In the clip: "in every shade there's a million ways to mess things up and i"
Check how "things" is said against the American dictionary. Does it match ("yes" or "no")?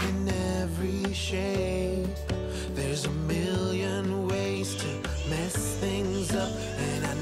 yes